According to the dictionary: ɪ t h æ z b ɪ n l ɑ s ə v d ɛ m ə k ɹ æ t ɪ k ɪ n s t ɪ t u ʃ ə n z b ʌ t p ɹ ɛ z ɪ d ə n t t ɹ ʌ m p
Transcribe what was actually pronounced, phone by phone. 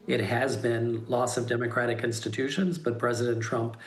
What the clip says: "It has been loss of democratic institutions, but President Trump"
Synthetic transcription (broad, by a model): ɪ t h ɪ z b ɪ n l ɑ s ə v d ɛ m ə k ɹ æ t ɪ k ɪ n s t ɪ t u ʃ ə n z b ʌ t p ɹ ɛ z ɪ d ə n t t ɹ ʌ m p